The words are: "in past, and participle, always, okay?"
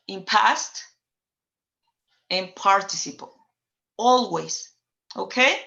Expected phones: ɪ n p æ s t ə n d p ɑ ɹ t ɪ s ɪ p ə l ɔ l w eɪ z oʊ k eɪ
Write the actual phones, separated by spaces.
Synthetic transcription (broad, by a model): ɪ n p æ s t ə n p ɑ ɹ t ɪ s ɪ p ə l ɔ l w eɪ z oʊ k eɪ